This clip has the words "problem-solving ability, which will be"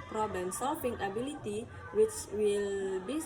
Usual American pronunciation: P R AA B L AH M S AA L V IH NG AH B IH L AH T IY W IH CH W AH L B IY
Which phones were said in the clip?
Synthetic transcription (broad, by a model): P R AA B L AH M S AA L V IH NG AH B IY L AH T IY W IH CH W AH L B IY